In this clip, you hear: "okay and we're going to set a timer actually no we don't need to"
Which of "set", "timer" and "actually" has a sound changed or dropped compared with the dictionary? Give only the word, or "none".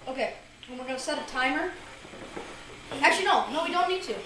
actually